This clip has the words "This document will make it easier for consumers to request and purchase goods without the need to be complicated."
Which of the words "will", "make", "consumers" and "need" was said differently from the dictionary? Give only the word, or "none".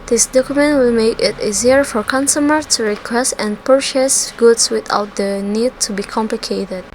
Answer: consumers